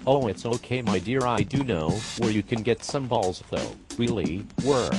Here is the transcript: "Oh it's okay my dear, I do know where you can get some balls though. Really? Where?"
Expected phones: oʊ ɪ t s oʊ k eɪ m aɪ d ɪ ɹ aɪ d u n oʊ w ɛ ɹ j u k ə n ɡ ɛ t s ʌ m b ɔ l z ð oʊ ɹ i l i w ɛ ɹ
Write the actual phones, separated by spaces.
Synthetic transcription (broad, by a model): oʊ ɪ t s oʊ k eɪ m aɪ d ɪ ɹ aɪ d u n oʊ w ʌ ɹ j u k ə n ɡ ɛ t s ʌ m b ɔ l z ð oʊ w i l i w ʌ ɹ